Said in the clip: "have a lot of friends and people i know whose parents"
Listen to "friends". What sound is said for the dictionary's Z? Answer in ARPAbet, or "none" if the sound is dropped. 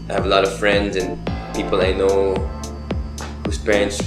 Z